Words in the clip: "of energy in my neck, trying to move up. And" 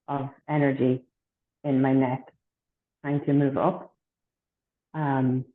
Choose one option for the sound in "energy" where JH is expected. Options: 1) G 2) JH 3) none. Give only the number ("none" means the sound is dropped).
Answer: 2